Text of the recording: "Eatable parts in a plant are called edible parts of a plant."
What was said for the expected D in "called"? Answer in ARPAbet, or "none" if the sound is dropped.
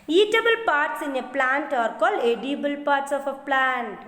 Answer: none